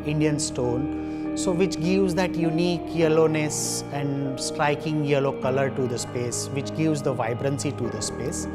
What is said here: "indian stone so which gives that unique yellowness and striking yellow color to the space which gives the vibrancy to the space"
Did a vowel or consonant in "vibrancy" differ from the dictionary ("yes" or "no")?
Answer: no